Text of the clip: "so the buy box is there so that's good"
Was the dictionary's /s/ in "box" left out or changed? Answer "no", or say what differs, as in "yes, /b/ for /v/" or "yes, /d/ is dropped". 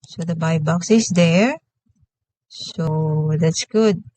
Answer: no